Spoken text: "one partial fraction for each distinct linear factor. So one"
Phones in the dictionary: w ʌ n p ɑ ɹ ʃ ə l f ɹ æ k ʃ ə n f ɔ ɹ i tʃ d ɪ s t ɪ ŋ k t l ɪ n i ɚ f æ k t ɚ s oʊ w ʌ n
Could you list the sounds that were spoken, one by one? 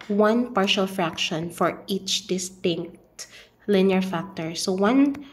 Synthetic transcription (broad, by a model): w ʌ n p ɑ ɹ ʃ ə l f ɹ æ k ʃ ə n f ɔ ɹ i tʃ d ɪ s t ɪ ŋ k t l ɪ n i ɚ f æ k t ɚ s oʊ w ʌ n